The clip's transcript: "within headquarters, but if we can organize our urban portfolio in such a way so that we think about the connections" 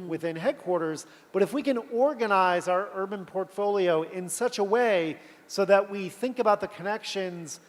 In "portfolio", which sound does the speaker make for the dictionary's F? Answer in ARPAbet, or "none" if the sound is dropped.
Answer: F